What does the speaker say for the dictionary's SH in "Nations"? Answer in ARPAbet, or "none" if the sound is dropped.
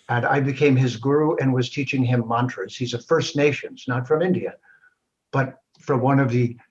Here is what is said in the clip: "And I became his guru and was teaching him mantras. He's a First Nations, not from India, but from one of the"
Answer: SH